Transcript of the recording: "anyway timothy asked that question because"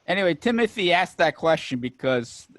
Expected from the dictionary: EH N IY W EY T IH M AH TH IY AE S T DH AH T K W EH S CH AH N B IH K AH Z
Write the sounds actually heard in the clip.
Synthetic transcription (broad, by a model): EH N IY W EY T IH M AH TH IY AE S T DH AH T K W EH S CH AH N B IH K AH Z